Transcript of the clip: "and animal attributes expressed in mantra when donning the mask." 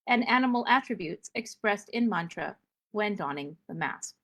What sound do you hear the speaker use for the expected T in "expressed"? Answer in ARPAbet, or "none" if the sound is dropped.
T